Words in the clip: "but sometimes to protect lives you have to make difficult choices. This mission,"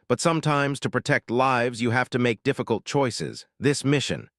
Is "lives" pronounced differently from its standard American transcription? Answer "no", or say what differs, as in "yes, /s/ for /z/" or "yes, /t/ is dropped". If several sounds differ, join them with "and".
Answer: no